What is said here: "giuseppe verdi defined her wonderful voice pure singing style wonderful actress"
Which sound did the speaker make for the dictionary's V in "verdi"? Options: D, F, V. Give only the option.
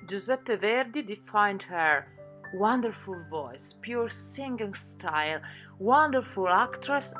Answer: V